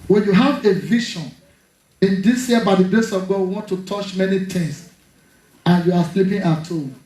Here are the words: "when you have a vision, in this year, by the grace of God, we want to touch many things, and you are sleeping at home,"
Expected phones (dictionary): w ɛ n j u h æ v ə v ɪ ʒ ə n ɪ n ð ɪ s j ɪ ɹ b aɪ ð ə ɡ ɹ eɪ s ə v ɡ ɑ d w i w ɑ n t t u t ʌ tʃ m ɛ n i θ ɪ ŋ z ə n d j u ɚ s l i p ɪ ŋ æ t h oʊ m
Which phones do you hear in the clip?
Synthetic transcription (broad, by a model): w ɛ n j u h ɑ v ə v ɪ ʃ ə n ɪ n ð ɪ s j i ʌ b aɪ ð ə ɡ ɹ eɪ s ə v ɡ ɑ d w i w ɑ n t t u t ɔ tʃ m ɛ n i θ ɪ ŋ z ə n j u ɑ s l i p ɪ ŋ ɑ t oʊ